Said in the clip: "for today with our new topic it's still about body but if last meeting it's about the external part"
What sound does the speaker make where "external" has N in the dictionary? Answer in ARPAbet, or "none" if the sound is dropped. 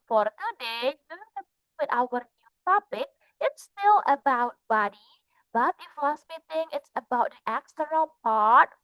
none